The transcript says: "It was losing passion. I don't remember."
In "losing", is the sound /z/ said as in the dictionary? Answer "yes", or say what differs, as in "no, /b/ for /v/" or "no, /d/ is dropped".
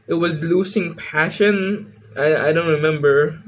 no, /s/ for /z/